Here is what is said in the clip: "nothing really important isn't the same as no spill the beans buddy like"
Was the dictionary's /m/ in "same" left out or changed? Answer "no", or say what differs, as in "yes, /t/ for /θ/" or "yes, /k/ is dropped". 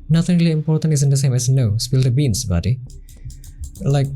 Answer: no